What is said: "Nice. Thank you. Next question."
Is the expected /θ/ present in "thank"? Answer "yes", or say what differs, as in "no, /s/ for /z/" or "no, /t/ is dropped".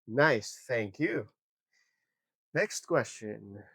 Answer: yes